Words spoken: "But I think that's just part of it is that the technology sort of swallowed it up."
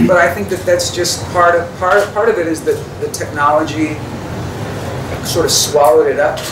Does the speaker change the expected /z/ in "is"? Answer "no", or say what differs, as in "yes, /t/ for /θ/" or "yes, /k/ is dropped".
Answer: no